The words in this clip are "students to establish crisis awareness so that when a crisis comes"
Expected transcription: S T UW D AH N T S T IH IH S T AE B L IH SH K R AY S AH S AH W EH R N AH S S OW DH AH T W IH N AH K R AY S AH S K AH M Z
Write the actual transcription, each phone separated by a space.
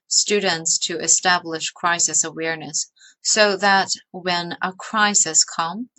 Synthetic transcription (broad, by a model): S T UW D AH N T S T IH IH S T AE B L IH SH K R AY S AH S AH W EH R N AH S S OW DH AH T W IH N AH K R AY S AH S K AH M